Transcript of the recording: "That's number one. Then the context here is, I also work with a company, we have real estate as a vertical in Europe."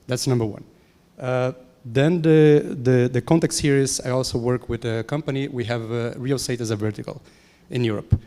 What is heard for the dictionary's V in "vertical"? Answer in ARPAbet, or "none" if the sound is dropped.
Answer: V